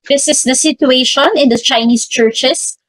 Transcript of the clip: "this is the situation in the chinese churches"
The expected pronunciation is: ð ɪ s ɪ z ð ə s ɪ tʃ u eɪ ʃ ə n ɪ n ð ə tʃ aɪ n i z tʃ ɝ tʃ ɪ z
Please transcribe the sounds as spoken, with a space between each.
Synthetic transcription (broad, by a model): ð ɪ s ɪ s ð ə s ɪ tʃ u eɪ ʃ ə n ɪ n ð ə tʃ aɪ n i s tʃ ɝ tʃ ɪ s